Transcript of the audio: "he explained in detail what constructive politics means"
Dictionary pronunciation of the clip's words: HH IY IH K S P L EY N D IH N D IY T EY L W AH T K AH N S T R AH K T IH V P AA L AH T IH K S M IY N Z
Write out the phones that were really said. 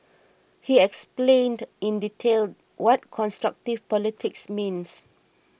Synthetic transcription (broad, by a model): HH IY IH K S P L EY N D IH N D IY T EY L W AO T K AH N S T R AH K T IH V P AA L AH T IH K S M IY N S